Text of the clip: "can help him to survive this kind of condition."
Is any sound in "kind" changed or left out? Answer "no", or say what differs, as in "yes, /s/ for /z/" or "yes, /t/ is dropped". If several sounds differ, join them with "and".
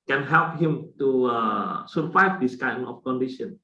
yes, /d/ is dropped